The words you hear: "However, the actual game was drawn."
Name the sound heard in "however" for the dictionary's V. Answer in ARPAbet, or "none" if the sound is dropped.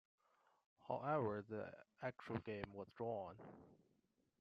V